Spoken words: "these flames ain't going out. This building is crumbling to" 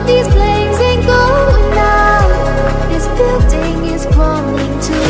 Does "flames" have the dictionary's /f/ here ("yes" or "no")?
no